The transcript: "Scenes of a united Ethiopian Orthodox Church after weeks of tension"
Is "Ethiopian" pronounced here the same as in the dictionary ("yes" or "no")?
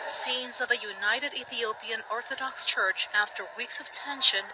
yes